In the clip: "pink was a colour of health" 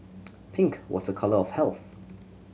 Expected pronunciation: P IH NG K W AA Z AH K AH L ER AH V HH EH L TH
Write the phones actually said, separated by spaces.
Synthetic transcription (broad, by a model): P IH NG K W AA Z AH K AH L ER AH V HH EH L TH